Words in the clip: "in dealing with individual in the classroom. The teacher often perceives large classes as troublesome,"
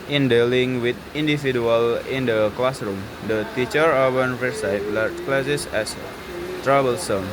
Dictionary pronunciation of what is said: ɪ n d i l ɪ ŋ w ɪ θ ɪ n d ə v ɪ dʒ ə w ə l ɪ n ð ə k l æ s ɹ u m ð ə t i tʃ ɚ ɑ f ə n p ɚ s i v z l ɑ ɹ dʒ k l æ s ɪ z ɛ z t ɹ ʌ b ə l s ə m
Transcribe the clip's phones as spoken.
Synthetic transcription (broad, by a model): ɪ n d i l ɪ ŋ w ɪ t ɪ n d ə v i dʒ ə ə l ɪ n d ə k l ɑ s ɹ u m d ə t i tʃ ɚ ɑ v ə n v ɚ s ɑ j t l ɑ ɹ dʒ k l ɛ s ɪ s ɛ s t ɹ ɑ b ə l s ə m